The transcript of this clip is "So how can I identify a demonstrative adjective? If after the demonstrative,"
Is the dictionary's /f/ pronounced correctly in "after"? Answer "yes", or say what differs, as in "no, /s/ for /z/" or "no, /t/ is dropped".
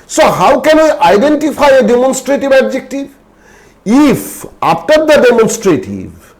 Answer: no, /p/ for /f/